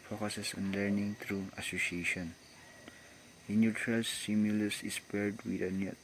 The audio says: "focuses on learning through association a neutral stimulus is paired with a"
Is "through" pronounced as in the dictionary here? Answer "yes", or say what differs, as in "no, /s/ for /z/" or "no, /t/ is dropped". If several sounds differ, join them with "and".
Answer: no, /t/ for /θ/